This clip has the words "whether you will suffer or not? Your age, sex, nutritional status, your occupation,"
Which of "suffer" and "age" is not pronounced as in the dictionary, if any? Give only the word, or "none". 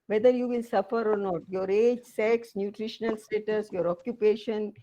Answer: none